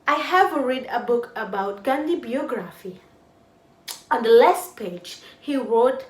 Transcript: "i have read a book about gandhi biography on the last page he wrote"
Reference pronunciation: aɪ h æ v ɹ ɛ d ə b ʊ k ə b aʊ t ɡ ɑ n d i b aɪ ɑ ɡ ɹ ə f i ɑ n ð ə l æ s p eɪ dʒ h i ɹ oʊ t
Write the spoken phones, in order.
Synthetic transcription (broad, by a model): aɪ h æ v ɹ ɛ d ə b ʊ k ə b aʊ t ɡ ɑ n d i b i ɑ ɡ ɹ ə f i ɑ n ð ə l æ s p eɪ dʒ h i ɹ oʊ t